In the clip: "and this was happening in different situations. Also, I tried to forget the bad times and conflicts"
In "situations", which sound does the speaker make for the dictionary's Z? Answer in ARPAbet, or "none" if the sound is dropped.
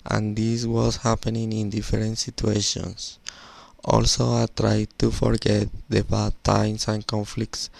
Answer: S